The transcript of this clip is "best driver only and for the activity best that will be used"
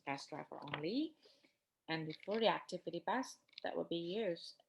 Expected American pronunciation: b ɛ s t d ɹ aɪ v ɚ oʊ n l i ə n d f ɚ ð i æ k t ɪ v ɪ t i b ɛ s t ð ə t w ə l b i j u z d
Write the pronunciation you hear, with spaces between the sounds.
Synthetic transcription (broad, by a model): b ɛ s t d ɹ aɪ f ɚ oʊ n l i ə n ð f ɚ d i æ k t ɪ v ɪ t i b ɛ s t ð ə t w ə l b i j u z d